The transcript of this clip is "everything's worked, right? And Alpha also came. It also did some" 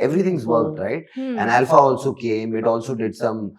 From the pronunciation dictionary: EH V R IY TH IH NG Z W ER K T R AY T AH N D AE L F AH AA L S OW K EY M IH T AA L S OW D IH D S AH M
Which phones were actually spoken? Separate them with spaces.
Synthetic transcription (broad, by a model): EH V R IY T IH NG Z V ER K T R AY T AH N D AE L F AH AA L S OW K EY M IH T AA L S OW D IH D S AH M